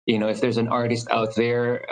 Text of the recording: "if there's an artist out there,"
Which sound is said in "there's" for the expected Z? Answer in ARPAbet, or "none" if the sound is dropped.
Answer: Z